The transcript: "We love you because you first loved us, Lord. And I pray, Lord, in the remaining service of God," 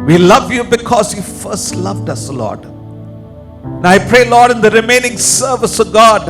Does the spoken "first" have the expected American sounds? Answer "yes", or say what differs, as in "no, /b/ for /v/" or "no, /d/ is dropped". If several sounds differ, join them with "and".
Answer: yes